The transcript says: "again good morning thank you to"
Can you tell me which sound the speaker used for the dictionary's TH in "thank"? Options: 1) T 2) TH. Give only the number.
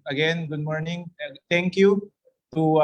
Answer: 1